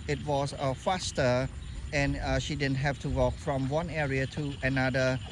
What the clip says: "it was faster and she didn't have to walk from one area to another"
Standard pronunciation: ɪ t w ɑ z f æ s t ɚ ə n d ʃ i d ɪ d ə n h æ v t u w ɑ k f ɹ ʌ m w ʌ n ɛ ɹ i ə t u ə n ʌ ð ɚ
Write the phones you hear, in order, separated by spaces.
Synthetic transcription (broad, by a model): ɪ t w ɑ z f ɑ s t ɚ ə n ʃ i d ɪ d ə n h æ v t u w ɑ k f ɹ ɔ m w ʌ n ɛ ɹ i ə t u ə n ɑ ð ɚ